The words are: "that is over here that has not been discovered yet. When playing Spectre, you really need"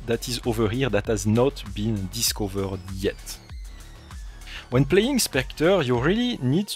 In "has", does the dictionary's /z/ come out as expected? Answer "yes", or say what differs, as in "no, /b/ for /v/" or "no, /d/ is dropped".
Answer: yes